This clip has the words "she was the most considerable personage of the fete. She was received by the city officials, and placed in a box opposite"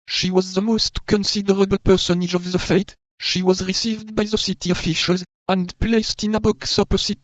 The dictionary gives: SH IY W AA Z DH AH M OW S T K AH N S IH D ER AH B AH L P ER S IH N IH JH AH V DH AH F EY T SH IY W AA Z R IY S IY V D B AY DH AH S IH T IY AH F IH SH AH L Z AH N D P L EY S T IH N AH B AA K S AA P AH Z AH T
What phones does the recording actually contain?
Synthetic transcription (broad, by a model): SH IY W AA Z DH AH M OW S T K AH N S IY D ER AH B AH L P ER S IH N IH JH AH V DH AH F EY T SH IY W AA Z R IY S IY V D B AY DH AH S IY T IY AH F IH SH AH L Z AH N D P L EY S T IH N AH B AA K S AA P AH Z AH T